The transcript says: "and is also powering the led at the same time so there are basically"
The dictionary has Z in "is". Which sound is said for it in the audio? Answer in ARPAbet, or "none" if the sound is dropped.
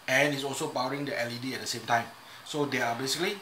S